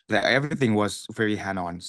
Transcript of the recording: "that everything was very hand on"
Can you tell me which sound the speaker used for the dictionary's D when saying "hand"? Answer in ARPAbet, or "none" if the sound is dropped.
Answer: none